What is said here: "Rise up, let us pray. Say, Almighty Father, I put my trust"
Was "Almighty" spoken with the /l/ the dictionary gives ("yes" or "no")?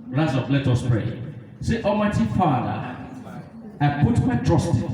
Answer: no